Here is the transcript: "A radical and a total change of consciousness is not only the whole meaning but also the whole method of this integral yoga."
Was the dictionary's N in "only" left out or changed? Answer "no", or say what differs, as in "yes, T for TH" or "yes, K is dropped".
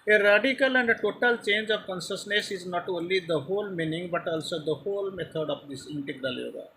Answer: no